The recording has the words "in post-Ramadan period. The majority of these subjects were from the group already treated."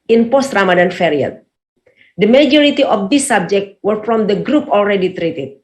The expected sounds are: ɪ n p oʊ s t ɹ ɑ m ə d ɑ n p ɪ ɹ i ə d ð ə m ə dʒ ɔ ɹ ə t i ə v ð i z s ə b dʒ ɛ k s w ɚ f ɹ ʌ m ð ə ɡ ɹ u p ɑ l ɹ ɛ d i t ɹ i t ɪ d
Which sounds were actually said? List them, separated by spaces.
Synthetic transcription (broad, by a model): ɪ n p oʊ s t ɹ ɑ m ə d ɑ n f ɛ ɹ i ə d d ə m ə dʒ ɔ ɹ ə t i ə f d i s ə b dʒ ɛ k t w ɚ f ɹ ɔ m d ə ɡ ɹ u p ɑ l ɹ ɛ d i t ɹ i t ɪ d